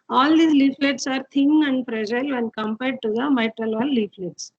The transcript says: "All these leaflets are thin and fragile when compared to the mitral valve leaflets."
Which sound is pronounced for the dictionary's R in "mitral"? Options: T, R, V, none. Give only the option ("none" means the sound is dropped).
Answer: R